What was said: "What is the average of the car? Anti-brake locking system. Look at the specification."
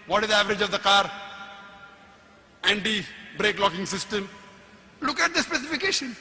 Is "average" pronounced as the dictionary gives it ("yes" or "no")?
yes